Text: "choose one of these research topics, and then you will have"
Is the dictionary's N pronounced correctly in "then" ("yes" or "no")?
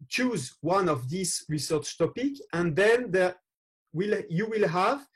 no